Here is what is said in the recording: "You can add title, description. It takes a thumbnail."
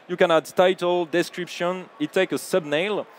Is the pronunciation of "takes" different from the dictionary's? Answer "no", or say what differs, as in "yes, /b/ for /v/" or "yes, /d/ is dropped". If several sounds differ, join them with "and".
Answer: yes, /s/ is dropped